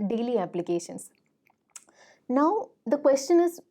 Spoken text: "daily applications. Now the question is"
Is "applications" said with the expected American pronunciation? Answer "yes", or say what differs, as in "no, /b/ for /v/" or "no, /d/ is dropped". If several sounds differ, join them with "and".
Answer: no, /s/ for /z/